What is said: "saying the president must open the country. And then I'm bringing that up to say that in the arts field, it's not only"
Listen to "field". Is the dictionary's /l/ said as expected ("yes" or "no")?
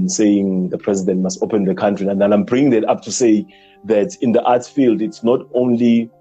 yes